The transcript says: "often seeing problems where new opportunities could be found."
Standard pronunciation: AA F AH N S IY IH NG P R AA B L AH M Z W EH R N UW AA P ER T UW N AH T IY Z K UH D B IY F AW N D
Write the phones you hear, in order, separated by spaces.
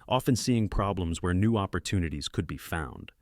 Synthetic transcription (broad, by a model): AA F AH N S IY IH NG P R AA B L AH M Z W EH R N UW AA P ER T UW N AH T IY Z K UH D B IY F AW N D